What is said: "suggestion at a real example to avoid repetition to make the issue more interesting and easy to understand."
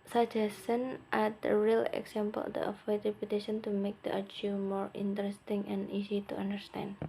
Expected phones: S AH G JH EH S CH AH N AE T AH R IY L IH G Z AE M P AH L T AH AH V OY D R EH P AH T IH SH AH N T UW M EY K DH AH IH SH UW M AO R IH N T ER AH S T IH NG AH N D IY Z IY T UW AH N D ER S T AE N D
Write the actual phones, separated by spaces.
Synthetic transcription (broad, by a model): S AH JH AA S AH N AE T AH R IY L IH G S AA M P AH L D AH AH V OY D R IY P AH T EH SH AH N T UW M EY K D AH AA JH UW M AO R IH N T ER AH S T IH NG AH N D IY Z IY T UW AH N D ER S T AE N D